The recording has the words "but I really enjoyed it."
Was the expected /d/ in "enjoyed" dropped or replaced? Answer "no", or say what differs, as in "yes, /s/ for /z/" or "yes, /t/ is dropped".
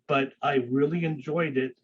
no